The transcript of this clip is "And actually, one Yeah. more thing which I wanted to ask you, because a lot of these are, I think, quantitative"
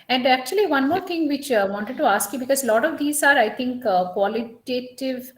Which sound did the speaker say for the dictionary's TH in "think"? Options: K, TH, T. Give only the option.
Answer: T